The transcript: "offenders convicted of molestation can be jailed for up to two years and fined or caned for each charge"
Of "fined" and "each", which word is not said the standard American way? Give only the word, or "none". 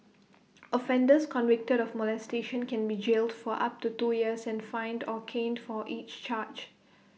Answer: none